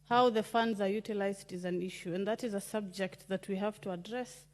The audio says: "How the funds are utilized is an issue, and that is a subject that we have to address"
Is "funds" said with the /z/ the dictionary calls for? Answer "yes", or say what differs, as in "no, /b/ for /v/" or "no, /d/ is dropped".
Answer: yes